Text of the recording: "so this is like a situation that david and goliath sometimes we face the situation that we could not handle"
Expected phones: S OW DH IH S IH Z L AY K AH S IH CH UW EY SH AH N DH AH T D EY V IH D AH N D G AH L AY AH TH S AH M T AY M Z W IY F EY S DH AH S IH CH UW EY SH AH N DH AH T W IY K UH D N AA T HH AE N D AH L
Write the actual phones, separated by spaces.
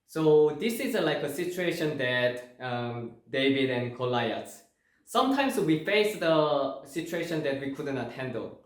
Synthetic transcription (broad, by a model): S OW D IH S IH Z L AY K AH S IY CH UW EY SH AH N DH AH T D EY V IH D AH N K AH L AY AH S S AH M T AY M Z W IY F EY S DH AH S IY CH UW EY SH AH N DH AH T W IY K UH D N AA T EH N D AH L